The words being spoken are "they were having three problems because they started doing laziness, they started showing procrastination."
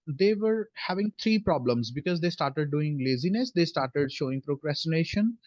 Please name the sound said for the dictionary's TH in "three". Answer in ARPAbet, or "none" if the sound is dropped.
T